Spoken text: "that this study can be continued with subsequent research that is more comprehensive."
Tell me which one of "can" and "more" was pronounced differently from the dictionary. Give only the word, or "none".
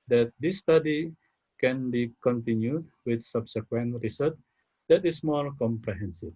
more